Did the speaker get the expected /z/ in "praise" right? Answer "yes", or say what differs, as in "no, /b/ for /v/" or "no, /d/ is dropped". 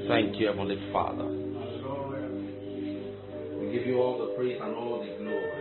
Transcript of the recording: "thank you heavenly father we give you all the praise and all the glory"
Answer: no, /s/ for /z/